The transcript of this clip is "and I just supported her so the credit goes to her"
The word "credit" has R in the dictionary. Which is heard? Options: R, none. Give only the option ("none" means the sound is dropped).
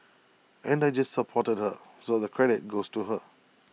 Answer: R